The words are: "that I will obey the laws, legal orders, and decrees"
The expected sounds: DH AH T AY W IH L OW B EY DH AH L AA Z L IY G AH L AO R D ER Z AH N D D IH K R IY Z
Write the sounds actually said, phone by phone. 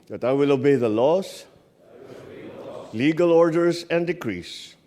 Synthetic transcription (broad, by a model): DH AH T AY W IH L OW B EY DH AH L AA S L IY G AH L AO R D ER S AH N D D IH K R IY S